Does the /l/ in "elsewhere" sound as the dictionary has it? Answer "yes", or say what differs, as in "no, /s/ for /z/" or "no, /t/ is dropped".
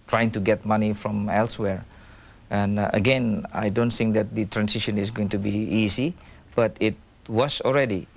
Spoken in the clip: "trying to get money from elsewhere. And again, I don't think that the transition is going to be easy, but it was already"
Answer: yes